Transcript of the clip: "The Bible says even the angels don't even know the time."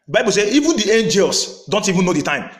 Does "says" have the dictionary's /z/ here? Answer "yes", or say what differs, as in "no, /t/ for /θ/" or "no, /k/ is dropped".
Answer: no, /z/ is dropped